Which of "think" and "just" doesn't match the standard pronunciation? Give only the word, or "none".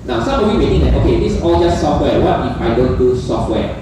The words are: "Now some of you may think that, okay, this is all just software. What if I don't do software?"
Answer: think